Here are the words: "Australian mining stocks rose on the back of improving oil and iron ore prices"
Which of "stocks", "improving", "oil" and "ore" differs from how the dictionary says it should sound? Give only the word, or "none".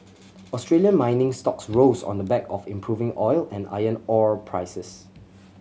none